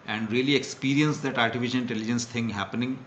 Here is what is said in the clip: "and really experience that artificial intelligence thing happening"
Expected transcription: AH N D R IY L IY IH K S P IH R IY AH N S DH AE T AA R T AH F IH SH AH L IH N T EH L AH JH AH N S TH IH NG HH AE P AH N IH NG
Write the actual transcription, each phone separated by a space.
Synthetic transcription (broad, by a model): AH N D R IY L IY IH K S P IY R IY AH N S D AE T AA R T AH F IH SH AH N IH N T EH L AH JH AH N S T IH NG HH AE P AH N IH NG